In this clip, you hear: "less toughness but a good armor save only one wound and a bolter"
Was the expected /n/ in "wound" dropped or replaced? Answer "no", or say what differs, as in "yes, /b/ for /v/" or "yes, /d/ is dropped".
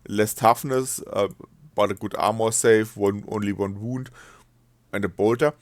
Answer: no